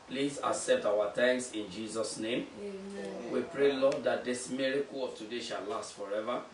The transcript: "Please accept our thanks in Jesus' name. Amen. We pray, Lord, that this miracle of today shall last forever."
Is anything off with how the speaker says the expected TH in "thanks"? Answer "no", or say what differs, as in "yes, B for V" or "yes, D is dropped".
yes, T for TH